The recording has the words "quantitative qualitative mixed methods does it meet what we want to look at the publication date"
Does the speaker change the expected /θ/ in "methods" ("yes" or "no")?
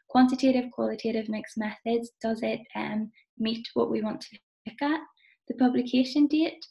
no